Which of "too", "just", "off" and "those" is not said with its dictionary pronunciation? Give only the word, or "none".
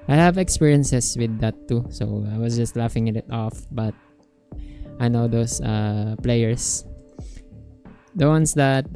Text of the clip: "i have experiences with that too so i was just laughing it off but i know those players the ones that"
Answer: those